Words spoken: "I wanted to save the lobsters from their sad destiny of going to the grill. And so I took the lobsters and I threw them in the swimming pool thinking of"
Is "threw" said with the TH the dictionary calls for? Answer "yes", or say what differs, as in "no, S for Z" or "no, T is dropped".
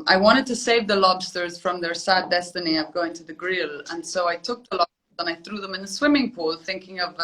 yes